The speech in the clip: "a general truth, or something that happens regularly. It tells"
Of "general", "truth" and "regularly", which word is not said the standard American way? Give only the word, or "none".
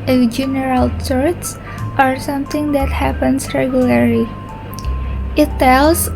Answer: truth